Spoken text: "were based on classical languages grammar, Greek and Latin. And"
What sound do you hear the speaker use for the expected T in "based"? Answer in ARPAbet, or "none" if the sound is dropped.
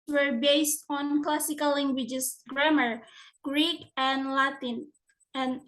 T